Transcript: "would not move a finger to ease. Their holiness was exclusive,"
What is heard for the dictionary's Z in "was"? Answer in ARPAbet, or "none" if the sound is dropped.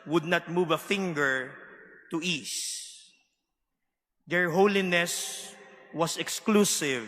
S